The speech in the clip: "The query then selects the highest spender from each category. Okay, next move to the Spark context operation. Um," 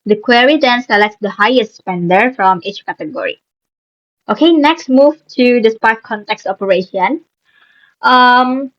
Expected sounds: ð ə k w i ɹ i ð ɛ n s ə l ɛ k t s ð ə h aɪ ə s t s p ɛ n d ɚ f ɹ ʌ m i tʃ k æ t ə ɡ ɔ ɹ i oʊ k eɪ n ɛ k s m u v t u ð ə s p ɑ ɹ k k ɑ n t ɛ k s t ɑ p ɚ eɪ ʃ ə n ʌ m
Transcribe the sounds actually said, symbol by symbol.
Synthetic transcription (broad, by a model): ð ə k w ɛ ɹ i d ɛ n s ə l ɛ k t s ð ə h aɪ ə s t s p ɛ n d ɚ f ɹ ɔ m i tʃ k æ t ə ɡ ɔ ɹ i oʊ k eɪ n ɛ k s m u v t u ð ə s p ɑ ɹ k k ɑ n t ɛ k s t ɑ p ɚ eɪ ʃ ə n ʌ m